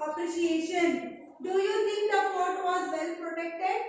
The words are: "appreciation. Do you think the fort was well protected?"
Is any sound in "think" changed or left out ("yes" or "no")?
yes